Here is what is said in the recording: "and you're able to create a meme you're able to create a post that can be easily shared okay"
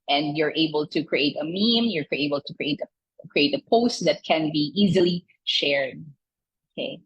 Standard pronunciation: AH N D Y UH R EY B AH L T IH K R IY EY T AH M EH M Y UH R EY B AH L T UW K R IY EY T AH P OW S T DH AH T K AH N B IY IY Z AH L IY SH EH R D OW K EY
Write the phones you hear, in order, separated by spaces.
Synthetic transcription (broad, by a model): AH N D Y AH R EY B AH L T IH K R IY EY T AH M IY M Y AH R EY B AH L T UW K R IY EY T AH P OW S T DH AH T K AH N B IY IY Z AH L IY SH EH R D OW K EY